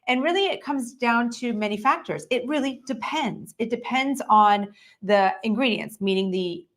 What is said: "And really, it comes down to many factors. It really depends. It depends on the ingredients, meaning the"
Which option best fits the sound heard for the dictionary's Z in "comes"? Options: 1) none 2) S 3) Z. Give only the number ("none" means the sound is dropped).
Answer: 3